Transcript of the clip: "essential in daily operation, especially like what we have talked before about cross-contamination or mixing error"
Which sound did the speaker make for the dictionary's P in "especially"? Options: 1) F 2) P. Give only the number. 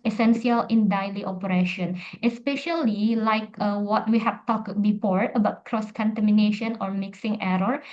2